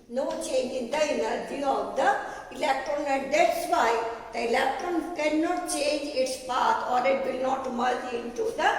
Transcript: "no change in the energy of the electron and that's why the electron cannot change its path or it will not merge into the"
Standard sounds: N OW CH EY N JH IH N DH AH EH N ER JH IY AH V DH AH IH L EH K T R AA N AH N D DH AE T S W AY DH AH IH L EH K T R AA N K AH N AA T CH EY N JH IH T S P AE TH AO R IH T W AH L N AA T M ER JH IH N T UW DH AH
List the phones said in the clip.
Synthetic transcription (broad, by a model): N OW CH EY N JH IH N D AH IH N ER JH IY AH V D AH IH L EH K T R AA N AH N D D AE T S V AY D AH IH L EH K T R AA N K AH N AA T CH EY N JH IH T S P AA T AO R IH T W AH L N AA T M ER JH IH N T UW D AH